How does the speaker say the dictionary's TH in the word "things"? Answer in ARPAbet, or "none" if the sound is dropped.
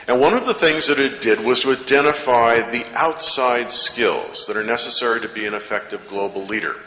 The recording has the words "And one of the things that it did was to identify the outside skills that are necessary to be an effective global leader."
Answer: TH